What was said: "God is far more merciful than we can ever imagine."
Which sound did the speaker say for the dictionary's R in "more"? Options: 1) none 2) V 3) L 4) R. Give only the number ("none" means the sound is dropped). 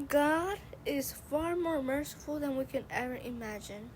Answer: 4